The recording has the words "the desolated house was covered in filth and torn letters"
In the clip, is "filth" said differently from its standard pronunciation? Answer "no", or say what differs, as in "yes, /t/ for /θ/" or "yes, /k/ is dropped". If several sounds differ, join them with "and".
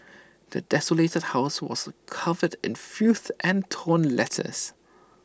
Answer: yes, /l/ is dropped